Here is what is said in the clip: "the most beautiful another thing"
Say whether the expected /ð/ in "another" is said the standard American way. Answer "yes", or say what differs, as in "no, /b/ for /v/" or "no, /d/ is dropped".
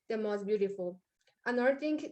no, /ð/ is dropped